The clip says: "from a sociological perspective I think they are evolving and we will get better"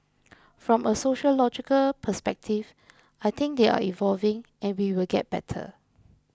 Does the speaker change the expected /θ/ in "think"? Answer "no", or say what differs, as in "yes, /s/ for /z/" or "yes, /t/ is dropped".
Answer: yes, /t/ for /θ/